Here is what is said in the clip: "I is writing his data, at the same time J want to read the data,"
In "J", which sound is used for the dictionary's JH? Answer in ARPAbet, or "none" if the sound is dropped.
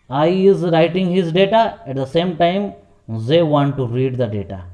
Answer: Z